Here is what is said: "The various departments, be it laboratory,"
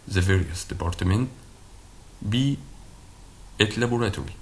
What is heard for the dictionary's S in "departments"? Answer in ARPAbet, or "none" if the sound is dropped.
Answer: none